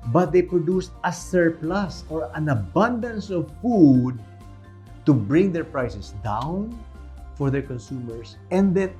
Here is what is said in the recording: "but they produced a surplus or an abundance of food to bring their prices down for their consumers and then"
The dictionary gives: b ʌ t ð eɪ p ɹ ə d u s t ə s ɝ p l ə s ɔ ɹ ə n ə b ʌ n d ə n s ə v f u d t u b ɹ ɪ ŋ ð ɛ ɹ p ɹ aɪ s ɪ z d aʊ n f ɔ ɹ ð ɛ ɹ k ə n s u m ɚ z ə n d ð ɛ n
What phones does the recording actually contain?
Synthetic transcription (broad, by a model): b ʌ t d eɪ p ɹ ə d u s t ə s ɝ p l ə s ɔ ɹ ə n ə b ʌ n d ə n s ə v f u d t u b ɹ ɪ ŋ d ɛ ɹ p ɹ aɪ s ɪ s d aʊ n f ɔ ɹ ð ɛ ɹ k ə n s u m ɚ s ə n d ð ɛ n